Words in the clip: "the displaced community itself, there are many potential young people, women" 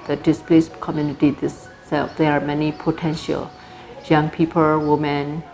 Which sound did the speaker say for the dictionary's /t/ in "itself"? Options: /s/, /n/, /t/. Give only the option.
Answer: /s/